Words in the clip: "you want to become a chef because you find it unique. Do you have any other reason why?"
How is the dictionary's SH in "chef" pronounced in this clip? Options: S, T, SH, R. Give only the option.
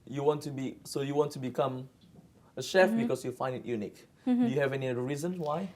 SH